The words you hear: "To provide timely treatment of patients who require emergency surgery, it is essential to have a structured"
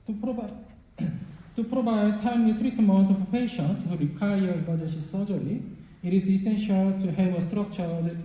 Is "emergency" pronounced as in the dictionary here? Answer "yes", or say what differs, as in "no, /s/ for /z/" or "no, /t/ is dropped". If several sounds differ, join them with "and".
no, /n/ is dropped